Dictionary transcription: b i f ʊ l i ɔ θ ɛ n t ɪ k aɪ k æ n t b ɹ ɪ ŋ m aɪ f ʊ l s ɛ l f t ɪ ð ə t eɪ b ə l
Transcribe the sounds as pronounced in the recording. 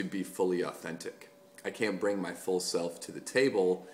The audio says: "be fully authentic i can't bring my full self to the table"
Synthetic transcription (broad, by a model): b i f ʊ l i ɔ θ ɛ n t ɪ k aɪ k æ n b ɹ ɪ ŋ m aɪ f ʊ l s ɛ l f t ɪ ð ə t eɪ b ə l